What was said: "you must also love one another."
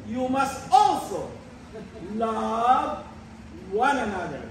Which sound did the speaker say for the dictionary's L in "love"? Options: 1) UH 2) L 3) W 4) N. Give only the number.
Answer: 2